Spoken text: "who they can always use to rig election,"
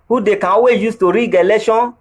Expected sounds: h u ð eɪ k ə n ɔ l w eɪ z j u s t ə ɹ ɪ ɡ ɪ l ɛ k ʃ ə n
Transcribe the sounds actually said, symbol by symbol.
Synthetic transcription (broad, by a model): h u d eɪ k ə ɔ w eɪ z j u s t ə ɹ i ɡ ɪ l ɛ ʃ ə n